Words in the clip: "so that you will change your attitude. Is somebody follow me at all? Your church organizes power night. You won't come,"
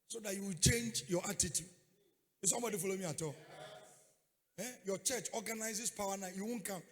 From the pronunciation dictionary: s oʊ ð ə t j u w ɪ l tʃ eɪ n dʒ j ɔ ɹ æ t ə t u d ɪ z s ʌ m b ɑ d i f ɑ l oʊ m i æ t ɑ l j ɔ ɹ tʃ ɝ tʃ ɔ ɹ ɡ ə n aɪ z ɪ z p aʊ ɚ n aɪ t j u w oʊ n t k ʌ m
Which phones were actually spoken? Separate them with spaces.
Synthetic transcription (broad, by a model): s oʊ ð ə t j u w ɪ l tʃ eɪ n dʒ j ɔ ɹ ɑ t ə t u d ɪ s ʌ m b ɑ d i f ɑ l oʊ m i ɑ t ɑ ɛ j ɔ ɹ tʃ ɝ tʃ ɔ ɡ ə n aɪ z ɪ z p aʊ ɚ n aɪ j u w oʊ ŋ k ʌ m